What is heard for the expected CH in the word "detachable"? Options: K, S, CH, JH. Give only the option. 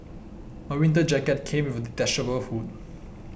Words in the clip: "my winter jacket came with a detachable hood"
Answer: S